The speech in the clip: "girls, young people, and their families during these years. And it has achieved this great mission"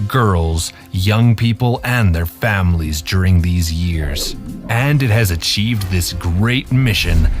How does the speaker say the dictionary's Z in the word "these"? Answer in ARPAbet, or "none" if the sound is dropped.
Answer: Z